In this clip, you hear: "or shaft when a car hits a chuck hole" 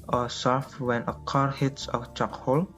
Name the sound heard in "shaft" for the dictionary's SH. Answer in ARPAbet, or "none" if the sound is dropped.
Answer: S